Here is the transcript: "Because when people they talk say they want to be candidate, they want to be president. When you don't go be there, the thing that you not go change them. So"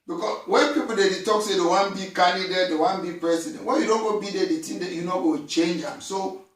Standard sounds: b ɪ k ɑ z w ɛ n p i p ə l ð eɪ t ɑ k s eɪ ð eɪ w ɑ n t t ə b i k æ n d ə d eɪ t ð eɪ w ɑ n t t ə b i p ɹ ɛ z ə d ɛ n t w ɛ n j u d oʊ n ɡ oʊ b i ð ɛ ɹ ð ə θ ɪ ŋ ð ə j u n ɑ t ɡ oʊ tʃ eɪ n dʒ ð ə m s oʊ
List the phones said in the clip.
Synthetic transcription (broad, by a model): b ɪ k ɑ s w ɛ n p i p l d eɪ t ɑ k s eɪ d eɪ w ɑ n b i k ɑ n d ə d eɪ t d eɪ w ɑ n b i p ɹ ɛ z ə d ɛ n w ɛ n j u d oʊ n ɡ oʊ b i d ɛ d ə t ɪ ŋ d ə j u n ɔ ɡ oʊ tʃ eɪ n dʒ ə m s oʊ